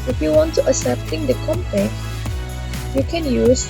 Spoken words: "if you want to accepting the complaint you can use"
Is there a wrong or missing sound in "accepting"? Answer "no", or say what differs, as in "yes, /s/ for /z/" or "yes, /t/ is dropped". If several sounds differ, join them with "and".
yes, /k/ is dropped